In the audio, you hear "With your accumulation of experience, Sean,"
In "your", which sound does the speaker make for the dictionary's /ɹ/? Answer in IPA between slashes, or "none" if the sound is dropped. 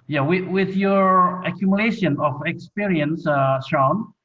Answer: /ɹ/